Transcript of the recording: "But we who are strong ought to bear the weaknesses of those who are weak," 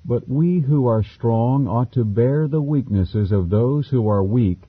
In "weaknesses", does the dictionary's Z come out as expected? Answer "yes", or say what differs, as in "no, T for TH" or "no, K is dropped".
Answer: yes